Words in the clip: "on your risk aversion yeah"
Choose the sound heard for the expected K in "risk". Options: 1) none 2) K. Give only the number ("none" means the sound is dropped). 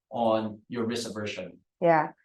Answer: 1